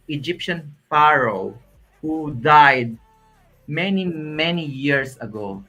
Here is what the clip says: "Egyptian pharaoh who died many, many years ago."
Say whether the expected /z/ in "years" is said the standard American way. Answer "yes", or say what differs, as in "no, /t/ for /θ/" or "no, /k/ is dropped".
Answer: no, /s/ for /z/